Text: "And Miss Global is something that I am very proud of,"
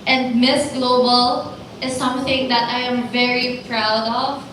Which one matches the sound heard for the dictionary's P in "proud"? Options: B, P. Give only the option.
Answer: P